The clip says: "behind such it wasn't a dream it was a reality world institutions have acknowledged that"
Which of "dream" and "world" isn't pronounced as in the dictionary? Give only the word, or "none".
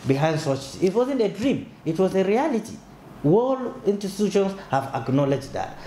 world